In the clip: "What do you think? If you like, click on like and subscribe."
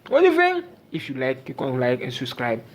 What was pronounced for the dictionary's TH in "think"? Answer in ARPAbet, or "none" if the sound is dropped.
F